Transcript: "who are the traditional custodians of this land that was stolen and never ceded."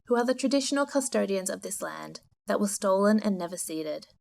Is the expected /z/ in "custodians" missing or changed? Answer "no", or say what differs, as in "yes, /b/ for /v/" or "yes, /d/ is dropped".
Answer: no